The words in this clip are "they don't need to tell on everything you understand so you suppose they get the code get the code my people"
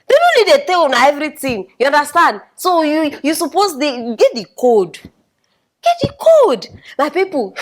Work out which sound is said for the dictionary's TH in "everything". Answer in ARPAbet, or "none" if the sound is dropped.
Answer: T